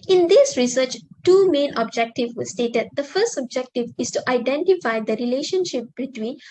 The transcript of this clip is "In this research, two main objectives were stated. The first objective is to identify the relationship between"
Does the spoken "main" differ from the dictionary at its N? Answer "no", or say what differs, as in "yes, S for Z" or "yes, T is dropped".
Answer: no